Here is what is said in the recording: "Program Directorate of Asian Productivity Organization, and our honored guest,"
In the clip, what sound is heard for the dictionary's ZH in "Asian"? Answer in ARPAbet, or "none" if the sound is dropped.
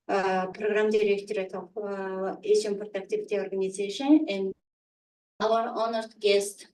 S